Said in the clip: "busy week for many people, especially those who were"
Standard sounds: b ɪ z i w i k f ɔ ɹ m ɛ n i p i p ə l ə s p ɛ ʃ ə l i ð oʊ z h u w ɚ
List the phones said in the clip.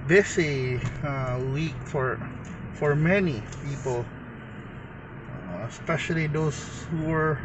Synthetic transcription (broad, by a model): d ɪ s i w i k f ɔ ɹ m ɛ n i p i p ə l ə s p ɛ ʃ ə l i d oʊ s h u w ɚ